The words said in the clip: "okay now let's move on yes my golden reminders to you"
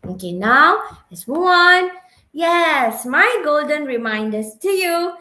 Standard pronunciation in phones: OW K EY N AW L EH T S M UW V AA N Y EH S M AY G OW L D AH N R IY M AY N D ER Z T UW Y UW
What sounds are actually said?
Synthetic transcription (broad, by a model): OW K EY N AW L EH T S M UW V AA N Y EH S M AY G OW L D AH N R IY M AY N D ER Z T UW Y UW